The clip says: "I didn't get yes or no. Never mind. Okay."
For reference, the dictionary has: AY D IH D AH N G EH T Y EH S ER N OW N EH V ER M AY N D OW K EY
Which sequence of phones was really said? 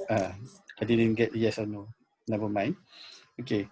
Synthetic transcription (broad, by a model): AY D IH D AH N G EH T Y EH S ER N OW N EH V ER M AY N OW K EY